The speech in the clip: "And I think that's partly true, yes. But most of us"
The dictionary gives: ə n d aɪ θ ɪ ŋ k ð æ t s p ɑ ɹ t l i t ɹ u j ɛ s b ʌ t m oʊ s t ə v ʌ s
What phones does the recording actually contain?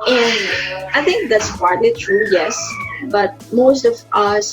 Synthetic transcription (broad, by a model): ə n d aɪ t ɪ ŋ k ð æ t s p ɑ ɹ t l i t ɹ u j ɛ s b ʌ t m oʊ s t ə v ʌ s